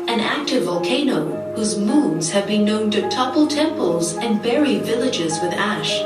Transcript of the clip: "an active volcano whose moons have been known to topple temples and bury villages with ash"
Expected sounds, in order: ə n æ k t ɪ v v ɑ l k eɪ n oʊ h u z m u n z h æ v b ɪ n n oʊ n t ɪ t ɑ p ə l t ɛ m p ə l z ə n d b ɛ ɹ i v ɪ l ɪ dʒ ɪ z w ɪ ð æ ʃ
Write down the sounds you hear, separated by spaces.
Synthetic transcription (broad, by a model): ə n æ k t ɪ v v ɑ l k eɪ n oʊ h u z m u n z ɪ v b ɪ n n oʊ n t ɪ t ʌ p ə l t ɛ m p ə l z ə n b ɛ ɹ i v ɪ l ɪ dʒ ɪ z w ɪ ð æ ʃ